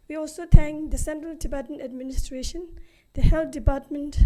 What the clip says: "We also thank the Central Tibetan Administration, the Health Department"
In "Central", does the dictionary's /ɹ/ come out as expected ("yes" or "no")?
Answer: yes